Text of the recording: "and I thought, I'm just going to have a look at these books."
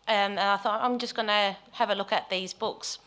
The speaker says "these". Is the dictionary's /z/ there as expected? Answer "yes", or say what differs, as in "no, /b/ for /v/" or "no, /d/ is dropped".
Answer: yes